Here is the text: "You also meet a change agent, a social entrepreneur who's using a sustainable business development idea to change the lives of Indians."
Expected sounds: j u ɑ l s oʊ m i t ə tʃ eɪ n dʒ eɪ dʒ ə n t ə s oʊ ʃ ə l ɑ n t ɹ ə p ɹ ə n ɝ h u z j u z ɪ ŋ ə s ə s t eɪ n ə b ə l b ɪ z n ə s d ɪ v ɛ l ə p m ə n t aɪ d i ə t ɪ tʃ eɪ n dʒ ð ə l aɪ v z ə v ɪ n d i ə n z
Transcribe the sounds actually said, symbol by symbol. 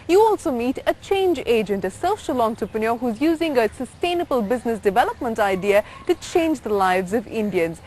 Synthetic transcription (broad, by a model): j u ɑ l s oʊ m i t ə tʃ eɪ n dʒ eɪ dʒ ə n t ə s oʊ ʃ ə l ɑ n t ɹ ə p ə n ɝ h u z j u z ɪ ŋ ə s ə s t eɪ n ə b ə l b ɪ z n ə s d ɪ v ɛ l ə p m ə n t aɪ d i ə t ɪ tʃ eɪ n dʒ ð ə l aɪ v z ə v ɪ n d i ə n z